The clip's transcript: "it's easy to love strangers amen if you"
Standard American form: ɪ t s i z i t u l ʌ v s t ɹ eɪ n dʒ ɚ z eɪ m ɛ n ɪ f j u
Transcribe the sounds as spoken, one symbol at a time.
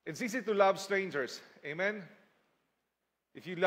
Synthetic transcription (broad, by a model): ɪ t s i s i t u l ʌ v s t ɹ eɪ n dʒ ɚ s eɪ m ɛ n ɪ f j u